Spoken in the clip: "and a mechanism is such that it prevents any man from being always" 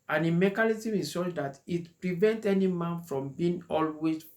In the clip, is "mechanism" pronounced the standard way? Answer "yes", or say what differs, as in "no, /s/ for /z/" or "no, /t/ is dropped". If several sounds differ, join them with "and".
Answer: no, /l/ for /n/